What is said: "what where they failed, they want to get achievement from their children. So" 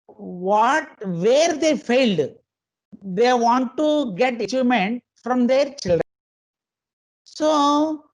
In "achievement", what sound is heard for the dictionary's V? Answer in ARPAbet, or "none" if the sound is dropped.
none